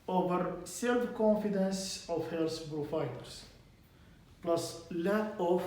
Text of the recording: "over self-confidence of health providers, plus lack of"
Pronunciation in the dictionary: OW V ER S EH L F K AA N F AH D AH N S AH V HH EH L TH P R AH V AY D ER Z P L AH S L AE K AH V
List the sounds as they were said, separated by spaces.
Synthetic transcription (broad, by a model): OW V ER S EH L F K AA N F AH D AH N S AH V HH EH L S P R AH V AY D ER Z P L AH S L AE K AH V